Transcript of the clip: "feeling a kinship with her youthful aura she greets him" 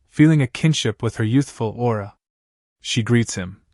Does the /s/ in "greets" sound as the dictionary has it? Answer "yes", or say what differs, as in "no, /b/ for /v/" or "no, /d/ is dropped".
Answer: yes